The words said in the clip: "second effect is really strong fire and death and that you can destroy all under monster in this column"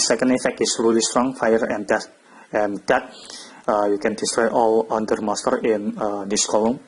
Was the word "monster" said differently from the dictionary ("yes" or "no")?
yes